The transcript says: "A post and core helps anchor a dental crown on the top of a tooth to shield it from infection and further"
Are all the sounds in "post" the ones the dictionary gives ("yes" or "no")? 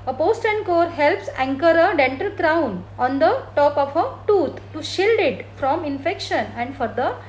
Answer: yes